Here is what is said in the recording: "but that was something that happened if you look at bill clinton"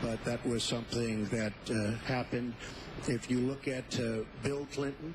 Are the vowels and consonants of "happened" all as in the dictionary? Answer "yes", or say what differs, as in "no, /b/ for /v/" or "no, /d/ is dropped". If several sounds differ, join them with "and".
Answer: yes